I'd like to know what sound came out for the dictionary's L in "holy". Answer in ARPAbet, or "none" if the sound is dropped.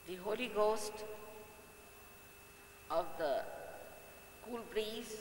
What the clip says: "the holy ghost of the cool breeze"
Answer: L